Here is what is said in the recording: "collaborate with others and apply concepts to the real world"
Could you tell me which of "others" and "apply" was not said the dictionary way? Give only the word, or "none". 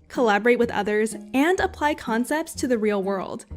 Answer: none